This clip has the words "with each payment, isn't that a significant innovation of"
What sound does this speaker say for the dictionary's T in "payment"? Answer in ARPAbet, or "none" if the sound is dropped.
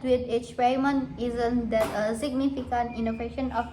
none